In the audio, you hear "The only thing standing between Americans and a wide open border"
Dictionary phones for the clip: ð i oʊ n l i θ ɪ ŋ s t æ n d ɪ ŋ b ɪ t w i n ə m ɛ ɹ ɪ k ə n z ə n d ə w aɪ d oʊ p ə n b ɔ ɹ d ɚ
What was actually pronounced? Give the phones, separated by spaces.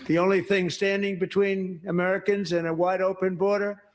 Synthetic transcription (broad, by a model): ð i oʊ n l i θ ɪ ŋ s t æ n d ɪ ŋ b ɪ t w i n ə m ɛ ɹ ɪ k ə n z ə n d ə w aɪ d oʊ p ə n b ɔ ɹ d ɚ